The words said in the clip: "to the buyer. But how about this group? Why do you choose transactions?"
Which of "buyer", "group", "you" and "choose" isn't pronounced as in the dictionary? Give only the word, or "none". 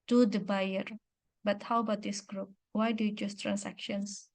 choose